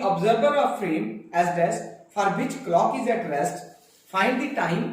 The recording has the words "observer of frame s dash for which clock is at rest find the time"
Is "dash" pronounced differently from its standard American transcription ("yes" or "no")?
yes